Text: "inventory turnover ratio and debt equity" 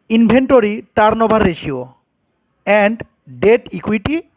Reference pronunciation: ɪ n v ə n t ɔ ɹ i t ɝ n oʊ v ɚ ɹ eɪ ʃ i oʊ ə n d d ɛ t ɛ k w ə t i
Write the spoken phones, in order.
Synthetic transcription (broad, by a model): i n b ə n t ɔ ɹ i t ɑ n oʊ b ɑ ɹ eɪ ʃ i oʊ ə n d d ɛ t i k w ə t i